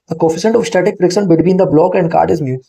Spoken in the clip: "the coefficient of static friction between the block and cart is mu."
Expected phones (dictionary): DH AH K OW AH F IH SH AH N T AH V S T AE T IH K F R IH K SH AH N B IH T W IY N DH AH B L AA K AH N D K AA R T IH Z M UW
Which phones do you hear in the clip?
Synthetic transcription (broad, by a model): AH K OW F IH S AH N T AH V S T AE T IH K P R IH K S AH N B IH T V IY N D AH B L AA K AH N D K AA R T IH Z M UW